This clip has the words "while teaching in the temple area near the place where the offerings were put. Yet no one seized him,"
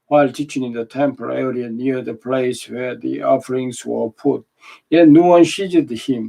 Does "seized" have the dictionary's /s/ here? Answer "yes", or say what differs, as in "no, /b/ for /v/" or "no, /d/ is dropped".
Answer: no, /ʃ/ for /s/